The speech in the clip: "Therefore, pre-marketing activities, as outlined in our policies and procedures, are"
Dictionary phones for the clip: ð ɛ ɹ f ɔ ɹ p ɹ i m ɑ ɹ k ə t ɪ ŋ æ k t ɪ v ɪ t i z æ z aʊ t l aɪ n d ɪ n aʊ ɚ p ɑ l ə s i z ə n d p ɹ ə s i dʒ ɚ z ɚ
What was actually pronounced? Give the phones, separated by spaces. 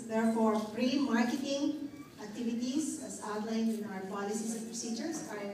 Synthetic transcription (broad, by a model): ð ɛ ɹ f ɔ ɹ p ɹ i m ɑ ɹ k ə t ɪ ŋ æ k t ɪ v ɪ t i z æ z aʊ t l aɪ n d ɪ n aʊ ɚ p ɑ l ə s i s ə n p ɹ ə s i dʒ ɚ s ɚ